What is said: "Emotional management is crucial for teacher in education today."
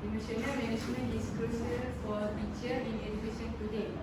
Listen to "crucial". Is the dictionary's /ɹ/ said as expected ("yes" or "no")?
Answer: no